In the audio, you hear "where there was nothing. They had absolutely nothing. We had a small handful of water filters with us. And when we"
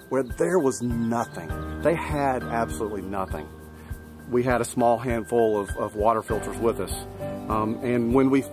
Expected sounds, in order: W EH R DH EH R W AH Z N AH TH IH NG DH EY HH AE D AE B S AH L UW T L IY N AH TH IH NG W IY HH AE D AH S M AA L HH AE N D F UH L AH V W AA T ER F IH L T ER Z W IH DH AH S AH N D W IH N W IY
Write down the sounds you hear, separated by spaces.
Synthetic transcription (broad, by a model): W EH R DH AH R W AH Z N AH TH IH NG DH EY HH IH D AE B S AH L UW T L IY N AH TH IH NG W IY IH D AH S M AA L HH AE N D F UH L AH V W AA T ER F IH L T ER Z W IH DH AH S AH N W IH N W IY